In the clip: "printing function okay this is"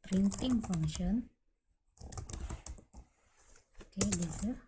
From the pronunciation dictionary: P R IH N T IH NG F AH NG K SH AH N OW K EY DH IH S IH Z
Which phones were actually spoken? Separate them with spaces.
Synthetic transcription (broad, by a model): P R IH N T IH NG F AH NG SH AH N OW K EY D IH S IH